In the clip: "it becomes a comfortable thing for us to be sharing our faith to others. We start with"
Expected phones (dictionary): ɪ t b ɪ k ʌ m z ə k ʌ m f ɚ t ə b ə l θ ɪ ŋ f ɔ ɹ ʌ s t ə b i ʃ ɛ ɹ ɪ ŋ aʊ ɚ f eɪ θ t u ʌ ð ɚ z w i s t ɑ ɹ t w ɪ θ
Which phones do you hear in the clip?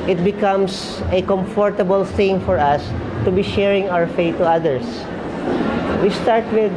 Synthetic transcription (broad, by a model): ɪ t b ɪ k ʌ m s ə k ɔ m f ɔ t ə b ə l θ ɪ ŋ f ɔ ɹ ʌ s t ə b i ʃ ɛ ɹ ɪ ŋ aʊ ɚ f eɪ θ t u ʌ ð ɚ s w i s t ɑ ɹ t w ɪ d